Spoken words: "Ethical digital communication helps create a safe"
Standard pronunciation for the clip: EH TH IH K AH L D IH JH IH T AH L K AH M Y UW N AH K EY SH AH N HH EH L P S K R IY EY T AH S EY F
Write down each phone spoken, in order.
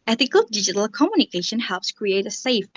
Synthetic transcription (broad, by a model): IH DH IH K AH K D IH JH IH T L K AH M Y UW N AH K EY SH AH N HH EH L P S K R IY EY T AH S EY F